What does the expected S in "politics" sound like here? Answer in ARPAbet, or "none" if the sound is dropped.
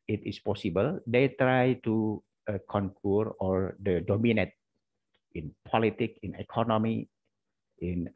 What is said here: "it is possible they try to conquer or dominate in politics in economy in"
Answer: none